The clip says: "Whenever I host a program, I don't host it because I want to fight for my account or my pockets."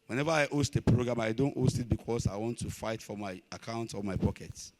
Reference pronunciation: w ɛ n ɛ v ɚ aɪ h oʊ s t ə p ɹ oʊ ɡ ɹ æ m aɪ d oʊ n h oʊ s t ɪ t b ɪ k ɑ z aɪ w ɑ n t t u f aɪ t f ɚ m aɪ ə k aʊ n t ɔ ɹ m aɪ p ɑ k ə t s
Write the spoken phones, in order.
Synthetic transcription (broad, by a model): w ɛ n ɛ v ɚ aɪ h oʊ s t ə p ɹ oʊ ɡ ɹ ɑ m aɪ d oʊ n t oʊ s t ɪ t b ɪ k ɑ s aɪ w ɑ n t t u f aɪ t f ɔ m aɪ ə k aʊ n t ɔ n m aɪ p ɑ k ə t s